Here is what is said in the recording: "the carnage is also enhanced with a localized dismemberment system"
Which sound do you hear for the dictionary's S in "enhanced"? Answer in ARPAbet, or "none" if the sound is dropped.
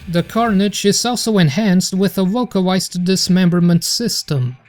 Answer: S